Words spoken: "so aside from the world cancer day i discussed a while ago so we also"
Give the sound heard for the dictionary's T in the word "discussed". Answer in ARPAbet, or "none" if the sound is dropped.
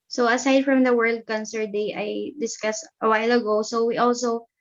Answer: T